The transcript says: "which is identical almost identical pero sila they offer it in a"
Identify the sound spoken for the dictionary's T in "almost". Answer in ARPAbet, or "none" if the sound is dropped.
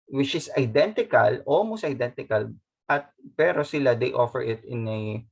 none